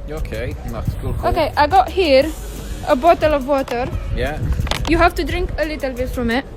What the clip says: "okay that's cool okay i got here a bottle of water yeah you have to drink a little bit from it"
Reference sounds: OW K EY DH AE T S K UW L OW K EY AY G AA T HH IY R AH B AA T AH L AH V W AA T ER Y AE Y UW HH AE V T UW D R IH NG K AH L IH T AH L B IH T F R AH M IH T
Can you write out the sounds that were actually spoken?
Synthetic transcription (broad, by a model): OW K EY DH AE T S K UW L OW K EY AY G AA T HH IY R AH B AA T AH L AH V W AA T ER Y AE Y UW HH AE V T UW D R IH NG K AH L IH T AH L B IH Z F R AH M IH T